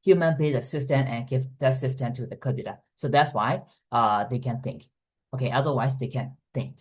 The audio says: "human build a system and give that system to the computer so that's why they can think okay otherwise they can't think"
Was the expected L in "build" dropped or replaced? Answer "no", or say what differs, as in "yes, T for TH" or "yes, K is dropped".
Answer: yes, L is dropped